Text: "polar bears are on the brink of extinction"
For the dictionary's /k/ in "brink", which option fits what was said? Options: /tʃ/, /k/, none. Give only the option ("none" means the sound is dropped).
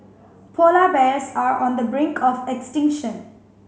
/k/